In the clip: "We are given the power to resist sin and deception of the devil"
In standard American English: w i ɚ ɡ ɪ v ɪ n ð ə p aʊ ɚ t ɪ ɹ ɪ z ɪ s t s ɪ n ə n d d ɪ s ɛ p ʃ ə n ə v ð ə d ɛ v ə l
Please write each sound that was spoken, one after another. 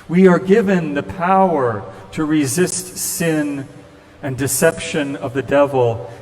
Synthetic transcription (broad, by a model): w i ɚ ɡ ɪ v ɪ n ð ə p aʊ ɚ t ɪ ɹ ɪ z ɪ s t s ɪ n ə n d d ɪ s ɛ p ʃ ə n ə v ð ə d ɛ v l